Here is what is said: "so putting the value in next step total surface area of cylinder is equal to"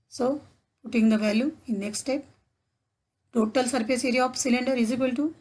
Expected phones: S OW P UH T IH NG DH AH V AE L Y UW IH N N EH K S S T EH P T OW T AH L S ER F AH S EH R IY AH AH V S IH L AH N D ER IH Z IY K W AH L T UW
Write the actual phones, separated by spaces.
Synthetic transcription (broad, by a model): S OW P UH T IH NG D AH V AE L Y UW IH N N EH K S S T EH P T OW T AH L S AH P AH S EH R IY AH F S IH L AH N D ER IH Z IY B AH L T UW